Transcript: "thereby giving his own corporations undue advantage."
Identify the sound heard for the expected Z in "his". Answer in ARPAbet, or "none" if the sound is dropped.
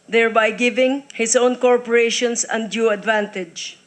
S